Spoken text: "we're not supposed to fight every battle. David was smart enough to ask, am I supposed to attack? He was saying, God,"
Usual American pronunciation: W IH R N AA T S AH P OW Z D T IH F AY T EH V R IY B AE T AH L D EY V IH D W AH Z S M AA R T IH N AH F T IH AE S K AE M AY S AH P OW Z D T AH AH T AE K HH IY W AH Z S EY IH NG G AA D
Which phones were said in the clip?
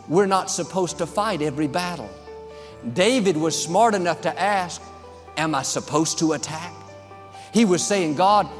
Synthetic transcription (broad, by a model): W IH R N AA T S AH P OW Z T IH F AY T EH V R IY B AE T L D EY V IH D W AH Z S M AA R T IH N AH F T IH AE S K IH M AY S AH P OW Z T AH AH T AE K HH IY W AH Z S EY IH NG G AA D